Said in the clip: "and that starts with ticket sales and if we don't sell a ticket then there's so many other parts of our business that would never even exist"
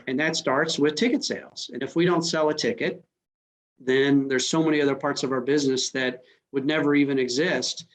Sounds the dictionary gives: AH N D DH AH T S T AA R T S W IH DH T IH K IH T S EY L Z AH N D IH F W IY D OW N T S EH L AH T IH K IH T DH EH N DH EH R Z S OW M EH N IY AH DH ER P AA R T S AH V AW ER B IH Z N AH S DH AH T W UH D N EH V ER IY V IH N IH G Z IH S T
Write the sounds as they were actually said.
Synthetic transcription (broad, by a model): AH N DH AH T S T AA R T S W IH DH T IH K IH T S EY L Z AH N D IH F W IY D OW N T S EH L AH T IH K IH T DH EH N DH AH R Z S OW M EH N IY AH DH ER P AA R T S AH V AW ER B IH Z N AH S DH AH T W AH D N EH V ER IY V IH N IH G Z IH S T